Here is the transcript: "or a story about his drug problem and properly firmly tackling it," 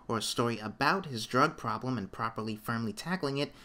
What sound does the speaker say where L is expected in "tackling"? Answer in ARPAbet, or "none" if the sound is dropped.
L